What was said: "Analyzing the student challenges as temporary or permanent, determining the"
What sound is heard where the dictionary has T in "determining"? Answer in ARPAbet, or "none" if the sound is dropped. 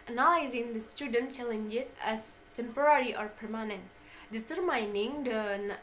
S